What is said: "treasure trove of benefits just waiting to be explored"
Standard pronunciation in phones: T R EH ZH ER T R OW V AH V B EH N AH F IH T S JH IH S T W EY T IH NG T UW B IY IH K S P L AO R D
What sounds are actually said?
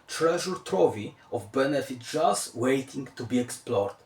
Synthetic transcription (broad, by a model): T R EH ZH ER T R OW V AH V B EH N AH F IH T JH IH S W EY T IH NG T UW B IY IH K S P L AO R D